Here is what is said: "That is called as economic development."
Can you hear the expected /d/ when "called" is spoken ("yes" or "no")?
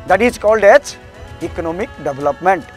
yes